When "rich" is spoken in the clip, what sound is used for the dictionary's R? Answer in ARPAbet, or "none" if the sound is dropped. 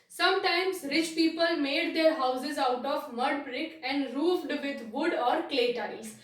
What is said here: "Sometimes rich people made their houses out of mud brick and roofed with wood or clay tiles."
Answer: R